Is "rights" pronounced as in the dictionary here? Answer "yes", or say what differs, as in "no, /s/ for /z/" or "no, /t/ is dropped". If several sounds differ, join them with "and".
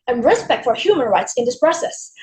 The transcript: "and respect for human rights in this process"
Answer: yes